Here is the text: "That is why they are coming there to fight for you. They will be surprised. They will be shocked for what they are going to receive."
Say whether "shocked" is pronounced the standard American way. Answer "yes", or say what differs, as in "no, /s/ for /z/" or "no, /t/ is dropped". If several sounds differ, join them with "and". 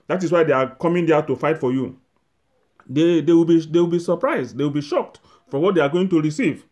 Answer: yes